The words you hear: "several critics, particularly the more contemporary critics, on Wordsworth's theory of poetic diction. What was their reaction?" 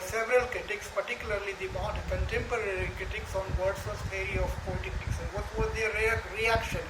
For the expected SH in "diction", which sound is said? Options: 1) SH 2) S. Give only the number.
2